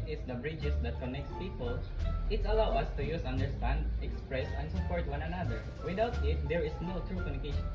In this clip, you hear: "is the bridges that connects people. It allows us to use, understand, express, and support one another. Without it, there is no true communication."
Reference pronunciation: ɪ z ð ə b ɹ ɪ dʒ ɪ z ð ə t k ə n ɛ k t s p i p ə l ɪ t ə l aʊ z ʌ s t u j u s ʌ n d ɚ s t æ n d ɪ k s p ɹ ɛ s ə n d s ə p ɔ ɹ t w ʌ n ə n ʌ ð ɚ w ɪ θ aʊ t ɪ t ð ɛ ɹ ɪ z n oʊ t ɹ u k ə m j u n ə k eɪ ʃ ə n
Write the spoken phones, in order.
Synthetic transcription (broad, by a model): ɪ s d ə b ɹ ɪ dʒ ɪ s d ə t k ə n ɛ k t s p i p ə l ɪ t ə l aʊ ʌ s t u j u s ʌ n d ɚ s t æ n d ɪ k s p ɹ ɛ s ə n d s ə p ɔ ɹ t w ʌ n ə n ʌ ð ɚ w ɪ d aʊ t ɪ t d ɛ ɹ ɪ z n oʊ t ɹ u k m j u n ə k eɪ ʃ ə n